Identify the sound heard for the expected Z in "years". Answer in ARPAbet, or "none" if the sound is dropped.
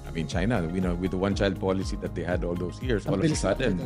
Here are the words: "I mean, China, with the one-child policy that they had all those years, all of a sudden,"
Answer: S